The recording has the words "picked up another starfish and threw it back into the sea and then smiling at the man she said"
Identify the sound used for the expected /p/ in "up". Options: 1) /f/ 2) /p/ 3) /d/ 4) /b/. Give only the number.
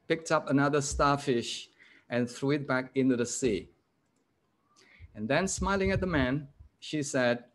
2